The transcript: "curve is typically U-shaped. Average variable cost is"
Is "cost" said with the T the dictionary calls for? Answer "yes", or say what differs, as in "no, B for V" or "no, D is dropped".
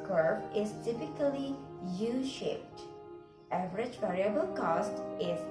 yes